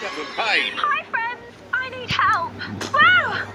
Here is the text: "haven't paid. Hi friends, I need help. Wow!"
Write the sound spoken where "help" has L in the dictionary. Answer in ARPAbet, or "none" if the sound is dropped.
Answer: L